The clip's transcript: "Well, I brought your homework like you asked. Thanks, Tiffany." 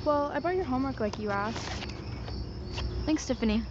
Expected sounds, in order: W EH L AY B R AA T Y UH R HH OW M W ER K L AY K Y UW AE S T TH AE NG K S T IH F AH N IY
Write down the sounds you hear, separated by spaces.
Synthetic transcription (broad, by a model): W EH L AY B AA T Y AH R HH OW M W ER K L AY K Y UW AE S TH AE NG K S T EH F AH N IY